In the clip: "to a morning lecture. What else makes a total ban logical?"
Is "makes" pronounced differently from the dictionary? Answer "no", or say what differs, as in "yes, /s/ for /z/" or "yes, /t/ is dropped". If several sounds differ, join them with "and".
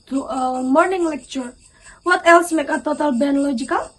yes, /s/ is dropped